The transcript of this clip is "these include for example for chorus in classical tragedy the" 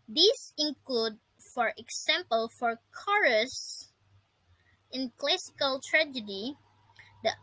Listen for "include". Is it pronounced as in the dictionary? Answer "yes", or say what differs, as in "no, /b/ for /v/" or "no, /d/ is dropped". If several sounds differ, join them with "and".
yes